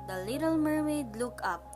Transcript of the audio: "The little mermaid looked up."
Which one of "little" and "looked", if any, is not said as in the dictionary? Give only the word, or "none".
looked